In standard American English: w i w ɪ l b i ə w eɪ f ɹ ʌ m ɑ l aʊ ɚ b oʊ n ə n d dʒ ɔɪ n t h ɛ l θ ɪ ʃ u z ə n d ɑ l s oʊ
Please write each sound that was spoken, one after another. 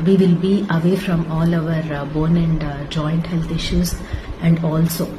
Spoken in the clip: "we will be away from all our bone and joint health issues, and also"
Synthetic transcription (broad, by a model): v i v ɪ l b i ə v eɪ f ɹ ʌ m ɑ l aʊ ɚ b oʊ n ə n d dʒ ɔɪ n t h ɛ l t ɪ ʃ u z ə n d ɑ l s oʊ